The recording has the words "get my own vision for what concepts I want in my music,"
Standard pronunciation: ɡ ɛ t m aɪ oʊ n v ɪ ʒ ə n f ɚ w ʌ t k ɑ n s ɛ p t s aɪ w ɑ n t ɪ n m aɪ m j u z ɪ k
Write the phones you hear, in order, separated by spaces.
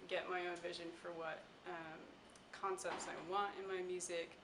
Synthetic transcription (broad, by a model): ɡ ɛ t m aɪ oʊ n v ɪ ʒ ə n f ɚ w ʌ t k ɑ n s ɛ p t s aɪ w ɑ n t ɪ n m aɪ m j u z ɪ k